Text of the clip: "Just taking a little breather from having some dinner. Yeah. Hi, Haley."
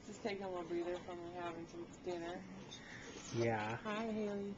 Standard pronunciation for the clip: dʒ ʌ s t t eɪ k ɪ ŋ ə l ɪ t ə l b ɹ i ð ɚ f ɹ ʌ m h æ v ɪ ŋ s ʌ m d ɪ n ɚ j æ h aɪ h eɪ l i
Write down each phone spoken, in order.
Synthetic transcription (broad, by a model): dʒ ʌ s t t eɪ ɪ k ə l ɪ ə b ɹ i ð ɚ f ɹ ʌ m h æ v ɪ ŋ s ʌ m d ɪ n ɚ j æ h aɪ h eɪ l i